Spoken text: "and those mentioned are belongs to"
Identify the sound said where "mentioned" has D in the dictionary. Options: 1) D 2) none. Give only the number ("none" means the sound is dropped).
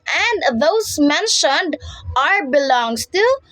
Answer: 1